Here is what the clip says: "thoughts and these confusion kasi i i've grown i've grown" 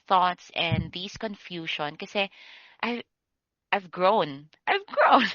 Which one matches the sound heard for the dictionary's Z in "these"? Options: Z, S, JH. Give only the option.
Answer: S